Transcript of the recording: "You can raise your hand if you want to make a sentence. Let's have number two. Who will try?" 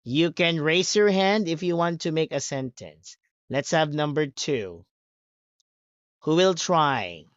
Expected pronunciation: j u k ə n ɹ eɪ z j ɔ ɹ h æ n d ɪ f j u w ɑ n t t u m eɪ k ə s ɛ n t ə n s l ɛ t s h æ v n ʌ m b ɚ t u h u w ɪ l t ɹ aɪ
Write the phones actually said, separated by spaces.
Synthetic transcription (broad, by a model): j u k ə n ɹ eɪ s j ɔ ɹ h æ n d ɪ f j u w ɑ n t t u m eɪ k ə s ɛ n t ə n s l ɛ t s h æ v n ʌ m b ɚ t u h u w ɪ l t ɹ aɪ